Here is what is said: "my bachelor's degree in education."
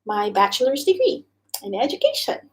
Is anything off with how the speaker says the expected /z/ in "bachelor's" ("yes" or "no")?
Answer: no